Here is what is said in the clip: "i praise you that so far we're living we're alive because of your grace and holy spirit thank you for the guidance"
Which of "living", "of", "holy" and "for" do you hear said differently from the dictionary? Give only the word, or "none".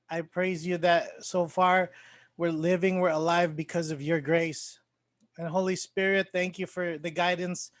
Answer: none